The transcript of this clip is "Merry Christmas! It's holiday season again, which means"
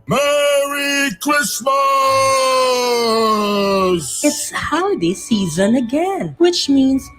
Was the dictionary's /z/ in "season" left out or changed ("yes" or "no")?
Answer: no